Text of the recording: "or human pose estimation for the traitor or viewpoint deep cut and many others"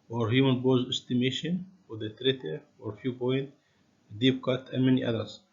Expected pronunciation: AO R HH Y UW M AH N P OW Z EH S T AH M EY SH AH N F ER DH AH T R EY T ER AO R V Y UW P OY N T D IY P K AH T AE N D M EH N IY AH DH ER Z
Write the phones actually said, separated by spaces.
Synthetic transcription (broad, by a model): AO R HH Y UW M AH N B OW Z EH S T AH M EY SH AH N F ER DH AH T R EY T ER AO R F Y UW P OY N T D IY P K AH T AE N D M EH N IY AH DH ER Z